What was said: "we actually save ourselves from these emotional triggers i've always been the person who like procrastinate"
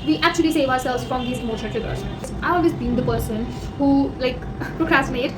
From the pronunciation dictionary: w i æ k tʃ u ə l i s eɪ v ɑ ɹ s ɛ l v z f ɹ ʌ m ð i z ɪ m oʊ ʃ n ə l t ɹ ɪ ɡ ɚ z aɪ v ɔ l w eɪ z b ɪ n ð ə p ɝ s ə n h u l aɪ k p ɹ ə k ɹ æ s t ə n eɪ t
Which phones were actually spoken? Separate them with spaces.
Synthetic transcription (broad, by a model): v i æ k tʃ u ə l i s eɪ v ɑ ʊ s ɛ l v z f ɹ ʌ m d i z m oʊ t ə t ɪ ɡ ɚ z aɪ v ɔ l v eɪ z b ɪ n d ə p ɝ s ə n h u l aɪ k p ɹ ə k ɹ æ s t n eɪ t